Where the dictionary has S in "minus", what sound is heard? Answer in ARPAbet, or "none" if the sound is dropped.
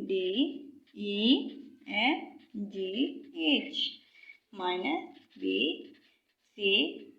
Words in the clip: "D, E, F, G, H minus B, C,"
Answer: none